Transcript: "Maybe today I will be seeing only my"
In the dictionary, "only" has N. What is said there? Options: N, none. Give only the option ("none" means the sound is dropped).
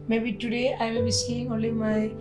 none